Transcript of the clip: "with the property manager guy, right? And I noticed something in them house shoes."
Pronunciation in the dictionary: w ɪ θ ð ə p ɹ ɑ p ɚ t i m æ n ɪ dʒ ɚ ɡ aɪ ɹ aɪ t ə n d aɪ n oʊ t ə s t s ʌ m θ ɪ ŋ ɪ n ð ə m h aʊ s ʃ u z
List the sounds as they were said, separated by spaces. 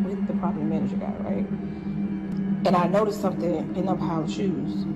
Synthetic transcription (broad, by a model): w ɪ ð ə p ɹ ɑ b m æ n ɪ dʒ ɚ ɡ aɪ ɹ aɪ t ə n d aɪ n oʊ t ə s t s ʌ m θ ɪ ŋ ɪ n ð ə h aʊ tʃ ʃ u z